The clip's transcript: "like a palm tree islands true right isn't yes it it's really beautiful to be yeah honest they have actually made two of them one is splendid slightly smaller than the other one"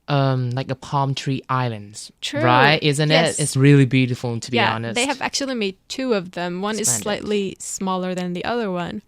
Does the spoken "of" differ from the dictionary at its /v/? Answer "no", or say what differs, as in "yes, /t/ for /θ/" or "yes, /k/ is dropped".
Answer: no